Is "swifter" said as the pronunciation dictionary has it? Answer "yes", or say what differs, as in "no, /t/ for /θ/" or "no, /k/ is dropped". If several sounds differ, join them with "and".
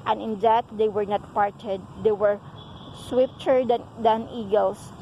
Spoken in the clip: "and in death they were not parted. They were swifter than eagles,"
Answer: no, /p/ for /f/